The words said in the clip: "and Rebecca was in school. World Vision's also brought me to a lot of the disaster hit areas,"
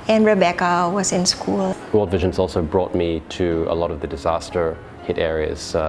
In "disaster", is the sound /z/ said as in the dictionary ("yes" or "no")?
yes